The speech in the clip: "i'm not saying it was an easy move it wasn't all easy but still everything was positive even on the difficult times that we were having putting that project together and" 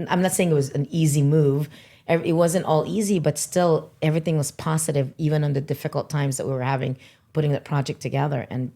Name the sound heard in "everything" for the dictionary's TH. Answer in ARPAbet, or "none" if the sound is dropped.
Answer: TH